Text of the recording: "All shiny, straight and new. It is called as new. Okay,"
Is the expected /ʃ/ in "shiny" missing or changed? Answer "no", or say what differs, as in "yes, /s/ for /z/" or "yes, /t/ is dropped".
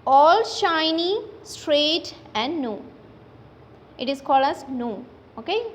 no